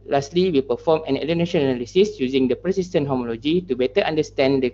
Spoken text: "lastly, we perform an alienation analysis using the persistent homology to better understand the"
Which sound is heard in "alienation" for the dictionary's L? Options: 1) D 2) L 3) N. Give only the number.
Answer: 3